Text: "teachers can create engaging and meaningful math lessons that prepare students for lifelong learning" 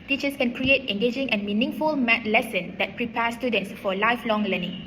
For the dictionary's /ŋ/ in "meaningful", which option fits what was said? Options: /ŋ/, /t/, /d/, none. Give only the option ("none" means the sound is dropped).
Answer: /ŋ/